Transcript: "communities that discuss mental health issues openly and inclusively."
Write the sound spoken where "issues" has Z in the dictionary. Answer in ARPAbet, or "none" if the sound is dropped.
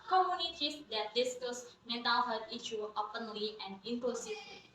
none